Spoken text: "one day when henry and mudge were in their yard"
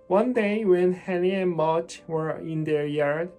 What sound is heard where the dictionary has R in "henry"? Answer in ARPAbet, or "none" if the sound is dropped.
none